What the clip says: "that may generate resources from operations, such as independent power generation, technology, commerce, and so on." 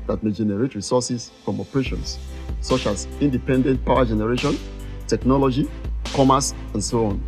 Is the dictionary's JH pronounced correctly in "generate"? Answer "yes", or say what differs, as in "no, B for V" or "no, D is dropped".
yes